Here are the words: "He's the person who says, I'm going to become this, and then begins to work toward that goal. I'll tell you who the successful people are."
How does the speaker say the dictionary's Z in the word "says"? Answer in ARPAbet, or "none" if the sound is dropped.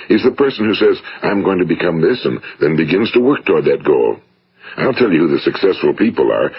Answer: Z